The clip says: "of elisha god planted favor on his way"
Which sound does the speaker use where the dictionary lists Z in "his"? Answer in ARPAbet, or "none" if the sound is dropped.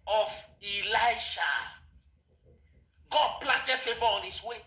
S